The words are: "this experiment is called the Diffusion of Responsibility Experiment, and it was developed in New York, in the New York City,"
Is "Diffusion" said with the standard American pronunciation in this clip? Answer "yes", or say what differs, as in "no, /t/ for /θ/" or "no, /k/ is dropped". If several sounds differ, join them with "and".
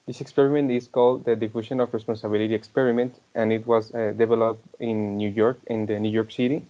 no, /ʃ/ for /ʒ/